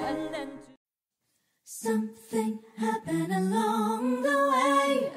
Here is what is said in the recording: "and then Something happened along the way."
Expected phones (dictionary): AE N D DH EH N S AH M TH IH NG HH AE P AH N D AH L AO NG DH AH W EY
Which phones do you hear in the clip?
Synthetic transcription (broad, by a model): S AH M TH IH NG HH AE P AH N AH L AO NG DH AH W EY